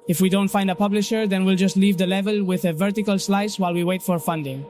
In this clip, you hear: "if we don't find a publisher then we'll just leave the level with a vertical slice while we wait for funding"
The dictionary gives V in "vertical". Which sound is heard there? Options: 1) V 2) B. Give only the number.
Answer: 1